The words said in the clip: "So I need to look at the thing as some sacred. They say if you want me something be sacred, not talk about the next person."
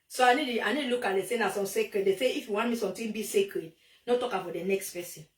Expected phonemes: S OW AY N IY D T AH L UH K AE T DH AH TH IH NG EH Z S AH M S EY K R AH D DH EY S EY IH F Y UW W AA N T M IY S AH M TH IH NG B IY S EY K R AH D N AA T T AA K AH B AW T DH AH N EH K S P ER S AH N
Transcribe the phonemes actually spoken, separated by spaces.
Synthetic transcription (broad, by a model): S OW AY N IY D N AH L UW K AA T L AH S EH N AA S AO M S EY K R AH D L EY S EY IH F Y UW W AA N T M IY S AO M T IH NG B IY S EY K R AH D N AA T T AA K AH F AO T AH N EH K S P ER S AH N